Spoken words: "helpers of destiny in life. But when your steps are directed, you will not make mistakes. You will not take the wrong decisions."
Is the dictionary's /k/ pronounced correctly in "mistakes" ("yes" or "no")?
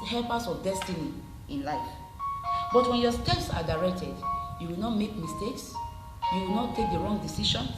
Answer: yes